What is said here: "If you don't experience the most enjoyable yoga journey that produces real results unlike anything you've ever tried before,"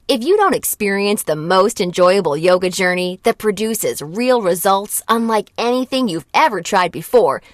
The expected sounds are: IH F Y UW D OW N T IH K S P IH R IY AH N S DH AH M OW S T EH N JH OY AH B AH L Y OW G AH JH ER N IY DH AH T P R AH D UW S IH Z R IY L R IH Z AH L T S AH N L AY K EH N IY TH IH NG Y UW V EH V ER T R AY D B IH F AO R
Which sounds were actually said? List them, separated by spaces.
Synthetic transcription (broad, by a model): IH F Y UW D OW N T IH K S P IH R IY AH N S DH AH M OW S T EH N JH OY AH B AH L Y OW G AH JH ER N IY DH AH T P R AH D UW S IH Z R IY L R IH Z AH L T S AH N L AY K EH N IY TH IH NG Y UW V EH V ER T R AY D B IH F AO R